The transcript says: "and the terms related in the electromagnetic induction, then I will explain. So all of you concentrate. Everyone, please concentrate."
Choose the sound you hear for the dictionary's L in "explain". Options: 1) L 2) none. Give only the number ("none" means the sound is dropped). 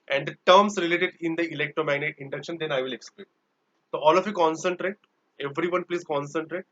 2